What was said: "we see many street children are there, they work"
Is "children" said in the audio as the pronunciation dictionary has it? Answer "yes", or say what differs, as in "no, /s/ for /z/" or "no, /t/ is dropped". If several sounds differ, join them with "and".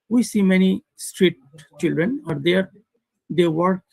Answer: yes